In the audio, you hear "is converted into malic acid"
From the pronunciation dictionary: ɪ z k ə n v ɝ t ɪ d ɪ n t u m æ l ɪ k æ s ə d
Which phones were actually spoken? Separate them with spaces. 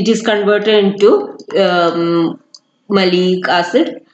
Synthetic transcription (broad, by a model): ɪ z k ə n v ɝ t ɪ d ɪ n t u m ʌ l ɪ k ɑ s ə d